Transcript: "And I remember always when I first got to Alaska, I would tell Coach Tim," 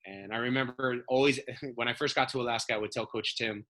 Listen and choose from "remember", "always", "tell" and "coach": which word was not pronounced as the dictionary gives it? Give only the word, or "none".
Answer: none